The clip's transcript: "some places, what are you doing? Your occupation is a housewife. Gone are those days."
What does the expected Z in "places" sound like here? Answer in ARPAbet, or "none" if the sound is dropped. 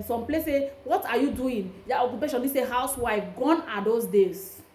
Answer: none